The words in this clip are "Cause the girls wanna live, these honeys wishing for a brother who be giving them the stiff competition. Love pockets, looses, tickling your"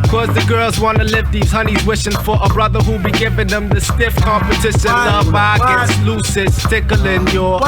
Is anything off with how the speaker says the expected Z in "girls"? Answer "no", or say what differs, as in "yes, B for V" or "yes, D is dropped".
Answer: no